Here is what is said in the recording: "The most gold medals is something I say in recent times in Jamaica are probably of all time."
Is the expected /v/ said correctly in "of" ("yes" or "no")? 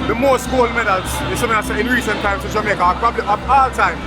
no